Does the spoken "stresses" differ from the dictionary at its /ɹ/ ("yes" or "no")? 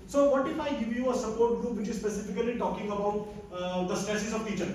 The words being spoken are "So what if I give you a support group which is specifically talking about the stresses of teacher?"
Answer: yes